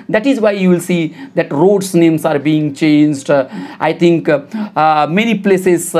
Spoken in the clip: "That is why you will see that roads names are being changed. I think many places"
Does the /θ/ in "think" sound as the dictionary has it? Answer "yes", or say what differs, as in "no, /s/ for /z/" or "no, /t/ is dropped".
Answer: no, /t/ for /θ/